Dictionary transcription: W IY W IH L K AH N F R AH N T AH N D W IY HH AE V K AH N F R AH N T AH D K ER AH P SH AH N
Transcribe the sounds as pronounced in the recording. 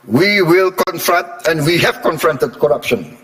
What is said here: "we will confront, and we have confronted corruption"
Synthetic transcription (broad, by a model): W IY W IH L K AH N F R AH N T AH N D W IY HH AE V K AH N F R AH N T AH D K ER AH P SH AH N